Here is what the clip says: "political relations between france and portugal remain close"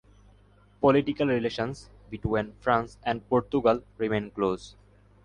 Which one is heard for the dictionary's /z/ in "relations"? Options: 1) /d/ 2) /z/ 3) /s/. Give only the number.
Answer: 3